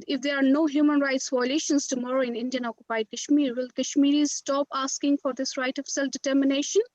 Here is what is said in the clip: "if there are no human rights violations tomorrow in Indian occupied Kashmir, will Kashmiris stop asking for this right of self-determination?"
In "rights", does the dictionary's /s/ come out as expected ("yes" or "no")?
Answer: yes